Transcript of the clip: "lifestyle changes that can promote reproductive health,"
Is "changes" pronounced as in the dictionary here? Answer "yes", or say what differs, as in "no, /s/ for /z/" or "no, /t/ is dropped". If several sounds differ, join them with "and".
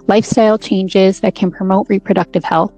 yes